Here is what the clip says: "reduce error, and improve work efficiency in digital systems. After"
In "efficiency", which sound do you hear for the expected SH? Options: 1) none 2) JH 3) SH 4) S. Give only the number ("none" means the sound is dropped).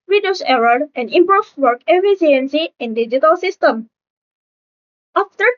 4